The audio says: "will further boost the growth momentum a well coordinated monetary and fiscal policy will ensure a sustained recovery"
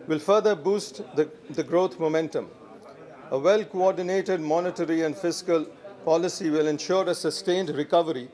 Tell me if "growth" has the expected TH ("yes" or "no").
no